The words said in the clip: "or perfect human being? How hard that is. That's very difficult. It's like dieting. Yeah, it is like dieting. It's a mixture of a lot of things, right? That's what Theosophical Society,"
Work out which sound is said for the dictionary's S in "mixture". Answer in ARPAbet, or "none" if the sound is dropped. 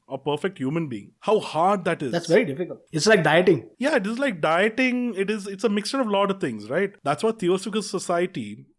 S